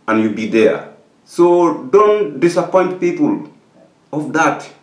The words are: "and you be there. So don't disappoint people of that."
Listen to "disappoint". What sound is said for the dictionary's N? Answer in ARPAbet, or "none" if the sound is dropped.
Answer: N